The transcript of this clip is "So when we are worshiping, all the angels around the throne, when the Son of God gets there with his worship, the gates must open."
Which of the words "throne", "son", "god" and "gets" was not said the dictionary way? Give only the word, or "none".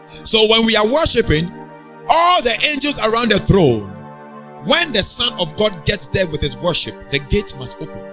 none